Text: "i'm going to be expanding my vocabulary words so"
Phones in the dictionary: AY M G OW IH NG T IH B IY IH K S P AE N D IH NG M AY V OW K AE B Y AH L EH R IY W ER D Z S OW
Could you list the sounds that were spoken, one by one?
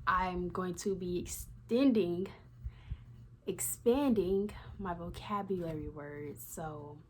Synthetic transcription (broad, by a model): AY M G OW IH NG T IH B IY IH K S P AE N D IH NG M AY V OW K AE B Y AH L EH R IY W ER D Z S OW